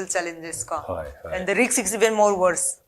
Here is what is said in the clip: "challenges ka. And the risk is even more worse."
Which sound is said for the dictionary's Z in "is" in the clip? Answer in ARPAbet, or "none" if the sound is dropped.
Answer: S